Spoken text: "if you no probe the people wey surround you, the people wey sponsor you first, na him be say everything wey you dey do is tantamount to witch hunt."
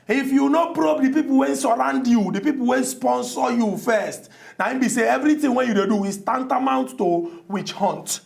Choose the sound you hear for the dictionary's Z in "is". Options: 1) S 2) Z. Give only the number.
1